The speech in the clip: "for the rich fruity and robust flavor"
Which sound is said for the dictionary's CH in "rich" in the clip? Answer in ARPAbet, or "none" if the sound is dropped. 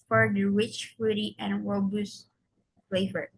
CH